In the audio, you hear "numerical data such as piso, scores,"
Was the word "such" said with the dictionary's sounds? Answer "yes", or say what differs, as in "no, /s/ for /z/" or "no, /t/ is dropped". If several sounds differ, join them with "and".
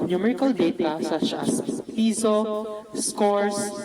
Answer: no, /ʃ/ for /tʃ/